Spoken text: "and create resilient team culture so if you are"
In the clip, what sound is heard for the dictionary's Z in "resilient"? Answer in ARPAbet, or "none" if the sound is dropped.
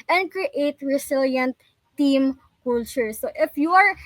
S